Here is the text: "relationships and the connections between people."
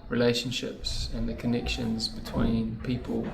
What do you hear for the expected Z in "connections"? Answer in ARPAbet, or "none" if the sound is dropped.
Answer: Z